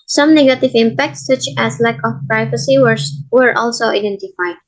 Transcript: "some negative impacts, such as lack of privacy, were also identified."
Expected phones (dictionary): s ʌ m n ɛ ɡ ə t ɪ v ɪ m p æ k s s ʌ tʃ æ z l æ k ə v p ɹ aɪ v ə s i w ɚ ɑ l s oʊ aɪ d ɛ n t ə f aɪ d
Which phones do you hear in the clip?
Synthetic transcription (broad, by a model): s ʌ m n ɛ ɡ ə t ɪ v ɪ m p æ k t s ʌ tʃ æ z l æ k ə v p ɹ aɪ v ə s i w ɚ ɑ l s oʊ aɪ d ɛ n t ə f aɪ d